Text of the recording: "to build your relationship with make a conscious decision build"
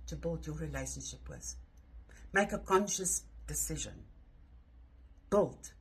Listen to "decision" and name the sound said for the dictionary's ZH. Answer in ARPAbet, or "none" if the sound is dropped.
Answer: ZH